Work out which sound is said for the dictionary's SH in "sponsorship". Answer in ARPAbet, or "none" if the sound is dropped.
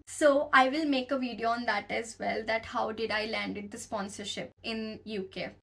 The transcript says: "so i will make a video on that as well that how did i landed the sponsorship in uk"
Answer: SH